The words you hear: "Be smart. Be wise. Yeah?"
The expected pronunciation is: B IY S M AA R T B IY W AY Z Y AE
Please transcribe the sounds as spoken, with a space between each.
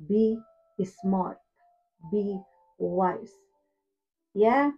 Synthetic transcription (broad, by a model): B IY S M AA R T B IY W AY S Y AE